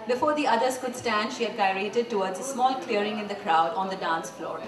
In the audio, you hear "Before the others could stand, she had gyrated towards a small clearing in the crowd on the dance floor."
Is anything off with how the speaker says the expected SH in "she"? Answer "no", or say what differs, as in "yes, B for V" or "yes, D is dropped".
no